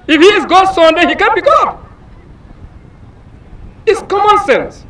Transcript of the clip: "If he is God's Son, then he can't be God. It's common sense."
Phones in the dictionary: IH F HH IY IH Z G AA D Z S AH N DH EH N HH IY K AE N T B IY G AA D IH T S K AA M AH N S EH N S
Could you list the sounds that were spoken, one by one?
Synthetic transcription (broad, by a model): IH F HH IY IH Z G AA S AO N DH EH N HH IY K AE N B IY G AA IH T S K AA M AH N S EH N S